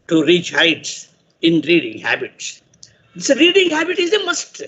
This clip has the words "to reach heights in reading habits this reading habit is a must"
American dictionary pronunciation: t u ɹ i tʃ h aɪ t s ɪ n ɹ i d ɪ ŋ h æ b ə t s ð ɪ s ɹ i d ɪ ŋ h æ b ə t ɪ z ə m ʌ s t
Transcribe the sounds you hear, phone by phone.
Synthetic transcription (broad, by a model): t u ɹ i tʃ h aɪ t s ɪ n ɹ i d ɪ ŋ h æ b ə t s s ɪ ɹ i d ɪ ŋ h æ b ə t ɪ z ə m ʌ s t